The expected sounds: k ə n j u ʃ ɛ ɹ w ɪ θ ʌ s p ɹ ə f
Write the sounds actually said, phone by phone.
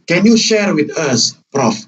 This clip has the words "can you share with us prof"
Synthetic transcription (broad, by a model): k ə n j u ʃ ɛ ɹ w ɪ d ʌ s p ɹ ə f